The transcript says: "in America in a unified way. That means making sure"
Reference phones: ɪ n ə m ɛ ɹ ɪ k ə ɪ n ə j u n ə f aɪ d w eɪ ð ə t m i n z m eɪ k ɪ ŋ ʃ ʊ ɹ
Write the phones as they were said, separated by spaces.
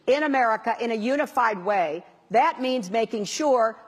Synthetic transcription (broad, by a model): ɪ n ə m ɛ ɹ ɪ k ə ɪ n ə j u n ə f aɪ d w eɪ ð ə t m i n z m eɪ k ɪ ŋ ʃ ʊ ɹ